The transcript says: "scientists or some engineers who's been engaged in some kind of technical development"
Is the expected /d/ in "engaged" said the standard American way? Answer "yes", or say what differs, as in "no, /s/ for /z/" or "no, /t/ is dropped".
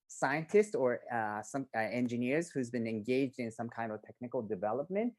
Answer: yes